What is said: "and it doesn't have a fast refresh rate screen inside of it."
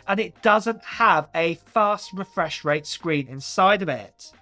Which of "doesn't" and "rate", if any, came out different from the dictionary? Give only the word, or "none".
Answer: none